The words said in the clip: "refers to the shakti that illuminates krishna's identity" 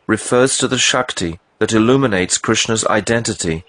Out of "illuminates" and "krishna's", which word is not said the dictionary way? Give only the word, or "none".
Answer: none